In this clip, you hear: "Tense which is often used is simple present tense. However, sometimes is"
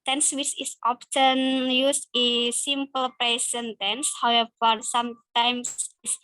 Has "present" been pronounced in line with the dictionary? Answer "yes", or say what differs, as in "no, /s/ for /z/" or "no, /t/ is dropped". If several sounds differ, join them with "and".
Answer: no, /ɹ/ is dropped and /s/ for /z/